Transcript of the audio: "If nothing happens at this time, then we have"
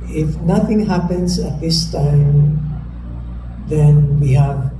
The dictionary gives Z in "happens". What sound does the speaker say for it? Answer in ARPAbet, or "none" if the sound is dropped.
S